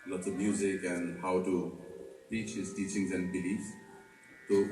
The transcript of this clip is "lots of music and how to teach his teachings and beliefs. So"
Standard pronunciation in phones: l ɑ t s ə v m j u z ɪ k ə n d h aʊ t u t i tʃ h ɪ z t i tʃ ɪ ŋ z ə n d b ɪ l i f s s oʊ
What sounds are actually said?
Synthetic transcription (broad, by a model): l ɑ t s ə v m j u z ɪ k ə n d h aʊ t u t i tʃ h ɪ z t i tʃ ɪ ŋ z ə n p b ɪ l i s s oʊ